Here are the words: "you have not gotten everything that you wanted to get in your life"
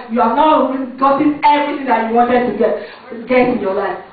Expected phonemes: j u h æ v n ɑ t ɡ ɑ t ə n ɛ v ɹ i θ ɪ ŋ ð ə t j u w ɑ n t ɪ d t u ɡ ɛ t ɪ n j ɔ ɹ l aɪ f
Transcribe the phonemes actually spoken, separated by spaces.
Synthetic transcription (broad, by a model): j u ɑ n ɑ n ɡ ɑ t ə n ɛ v i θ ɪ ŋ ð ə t j u w ɑ n t ɪ d t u ɡ ɛ t ɪ n j ɔ l aɪ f